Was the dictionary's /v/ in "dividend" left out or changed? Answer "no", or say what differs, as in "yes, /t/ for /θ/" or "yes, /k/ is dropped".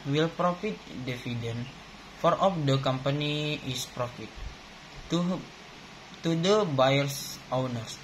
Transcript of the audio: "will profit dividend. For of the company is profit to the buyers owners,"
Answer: yes, /f/ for /v/